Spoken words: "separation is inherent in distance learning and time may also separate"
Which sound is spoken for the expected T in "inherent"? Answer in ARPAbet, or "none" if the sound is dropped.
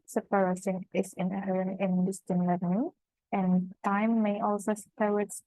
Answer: none